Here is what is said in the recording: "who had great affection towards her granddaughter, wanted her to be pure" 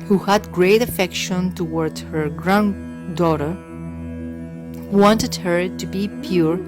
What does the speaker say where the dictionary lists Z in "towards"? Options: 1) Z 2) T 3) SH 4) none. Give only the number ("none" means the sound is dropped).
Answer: 4